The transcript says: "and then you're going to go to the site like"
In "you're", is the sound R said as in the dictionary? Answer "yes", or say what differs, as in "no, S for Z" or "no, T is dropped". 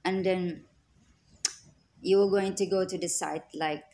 no, W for R